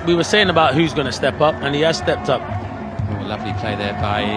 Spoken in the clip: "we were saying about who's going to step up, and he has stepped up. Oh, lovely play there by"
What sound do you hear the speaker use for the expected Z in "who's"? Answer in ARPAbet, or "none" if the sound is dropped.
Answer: Z